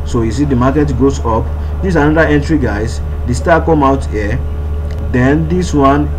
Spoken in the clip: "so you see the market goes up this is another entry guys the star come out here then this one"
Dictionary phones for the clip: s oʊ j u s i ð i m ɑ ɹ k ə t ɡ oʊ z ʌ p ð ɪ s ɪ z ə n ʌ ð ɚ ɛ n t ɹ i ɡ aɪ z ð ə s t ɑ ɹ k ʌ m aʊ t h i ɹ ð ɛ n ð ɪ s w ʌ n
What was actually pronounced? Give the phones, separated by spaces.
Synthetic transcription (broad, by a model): s oʊ j u s i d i m ɑ k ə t ɡ oʊ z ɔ p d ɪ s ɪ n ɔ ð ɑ ɛ n t ɹ i ɡ aɪ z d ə s t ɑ k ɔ m aʊ t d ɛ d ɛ n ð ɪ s w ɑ n